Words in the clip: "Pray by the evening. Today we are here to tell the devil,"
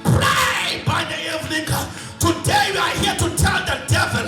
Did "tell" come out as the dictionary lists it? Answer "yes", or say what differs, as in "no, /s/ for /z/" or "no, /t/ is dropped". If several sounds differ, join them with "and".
no, /n/ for /l/